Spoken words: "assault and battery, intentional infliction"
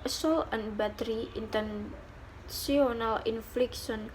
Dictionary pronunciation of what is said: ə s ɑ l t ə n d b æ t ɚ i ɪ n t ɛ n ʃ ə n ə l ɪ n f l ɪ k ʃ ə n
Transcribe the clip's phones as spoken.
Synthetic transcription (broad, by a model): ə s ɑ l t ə n b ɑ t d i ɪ n t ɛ n s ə n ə l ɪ n f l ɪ k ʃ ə n